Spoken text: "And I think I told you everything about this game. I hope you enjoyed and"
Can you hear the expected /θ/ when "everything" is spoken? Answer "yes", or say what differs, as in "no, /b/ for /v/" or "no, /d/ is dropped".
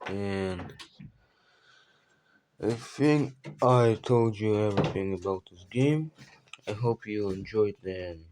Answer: yes